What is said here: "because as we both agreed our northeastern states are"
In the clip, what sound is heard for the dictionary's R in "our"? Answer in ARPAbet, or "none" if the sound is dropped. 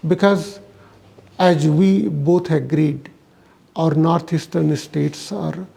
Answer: R